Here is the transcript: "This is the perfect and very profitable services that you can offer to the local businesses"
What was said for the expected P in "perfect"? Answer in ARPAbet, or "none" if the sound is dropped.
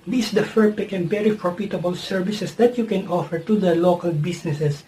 F